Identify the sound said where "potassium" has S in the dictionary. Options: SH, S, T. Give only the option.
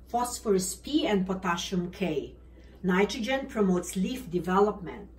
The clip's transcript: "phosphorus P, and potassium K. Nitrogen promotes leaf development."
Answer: SH